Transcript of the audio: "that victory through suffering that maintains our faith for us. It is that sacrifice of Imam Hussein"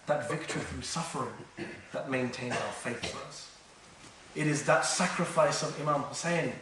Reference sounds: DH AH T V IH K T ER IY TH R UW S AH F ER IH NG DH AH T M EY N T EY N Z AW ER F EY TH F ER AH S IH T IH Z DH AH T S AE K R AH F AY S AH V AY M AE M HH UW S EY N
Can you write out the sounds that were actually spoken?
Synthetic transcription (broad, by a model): DH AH T V IH K T ER IY TH R UW S AH F ER IH NG DH AH T M EY N T EY N Z AW ER F EY TH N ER AH S IH T IH Z DH AH T S AE K R AH F AY S AH V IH M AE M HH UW S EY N